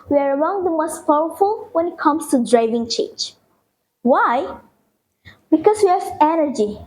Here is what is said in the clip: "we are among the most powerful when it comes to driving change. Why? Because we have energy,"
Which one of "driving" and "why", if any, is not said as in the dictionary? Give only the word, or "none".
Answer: none